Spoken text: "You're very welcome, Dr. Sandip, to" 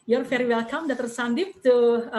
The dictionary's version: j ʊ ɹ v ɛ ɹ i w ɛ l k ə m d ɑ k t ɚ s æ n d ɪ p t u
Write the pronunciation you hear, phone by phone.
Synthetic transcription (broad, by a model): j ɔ ɹ f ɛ ɹ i w ɛ l k ə m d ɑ t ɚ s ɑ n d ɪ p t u